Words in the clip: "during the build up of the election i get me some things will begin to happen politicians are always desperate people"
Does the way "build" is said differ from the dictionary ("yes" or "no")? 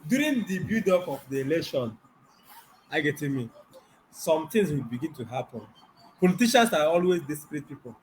yes